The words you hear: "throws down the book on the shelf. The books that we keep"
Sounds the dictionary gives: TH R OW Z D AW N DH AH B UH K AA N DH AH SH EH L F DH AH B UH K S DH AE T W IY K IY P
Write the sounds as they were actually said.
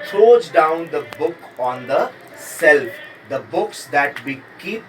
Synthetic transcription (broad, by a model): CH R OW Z D AW N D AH B UH K AA N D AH S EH L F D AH B UH K S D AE T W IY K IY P